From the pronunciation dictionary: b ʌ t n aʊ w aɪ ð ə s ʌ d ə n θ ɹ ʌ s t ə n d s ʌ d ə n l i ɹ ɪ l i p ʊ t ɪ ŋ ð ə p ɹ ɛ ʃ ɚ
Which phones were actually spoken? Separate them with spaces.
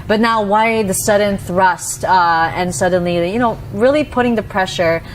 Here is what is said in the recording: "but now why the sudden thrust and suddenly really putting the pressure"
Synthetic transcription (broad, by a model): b ʌ t n aʊ w aɪ ð ə s ʌ d n θ ɹ ʌ s t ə n s ʌ d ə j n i ɹ ɪ l i p ʊ t ɪ ŋ ð ə p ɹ ɛ ʃ ɚ